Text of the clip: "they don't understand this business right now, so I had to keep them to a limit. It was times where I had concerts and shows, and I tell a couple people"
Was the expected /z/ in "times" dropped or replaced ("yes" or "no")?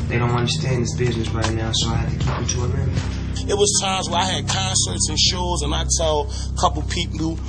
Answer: no